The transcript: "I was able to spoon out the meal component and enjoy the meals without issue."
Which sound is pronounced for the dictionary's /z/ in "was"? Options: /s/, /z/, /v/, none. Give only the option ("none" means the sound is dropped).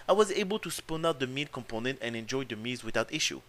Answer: /z/